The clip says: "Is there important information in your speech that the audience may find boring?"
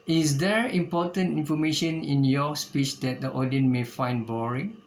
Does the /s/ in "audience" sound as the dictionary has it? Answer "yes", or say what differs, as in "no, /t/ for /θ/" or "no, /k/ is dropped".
no, /s/ is dropped